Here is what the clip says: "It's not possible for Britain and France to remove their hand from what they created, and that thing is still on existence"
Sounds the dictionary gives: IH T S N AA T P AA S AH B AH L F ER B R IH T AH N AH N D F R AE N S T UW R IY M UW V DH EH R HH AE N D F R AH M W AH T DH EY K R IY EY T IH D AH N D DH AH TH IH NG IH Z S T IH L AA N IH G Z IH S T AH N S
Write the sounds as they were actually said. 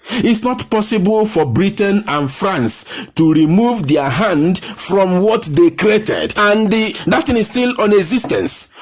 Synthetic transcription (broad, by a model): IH T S N AA T P AA S AH B AH L F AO B R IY T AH N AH N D F R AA N S T UW R IY M UW V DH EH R HH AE N D F R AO M W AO T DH EY K R IY EY T IH D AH N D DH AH T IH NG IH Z S T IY L AA N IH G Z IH S T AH N S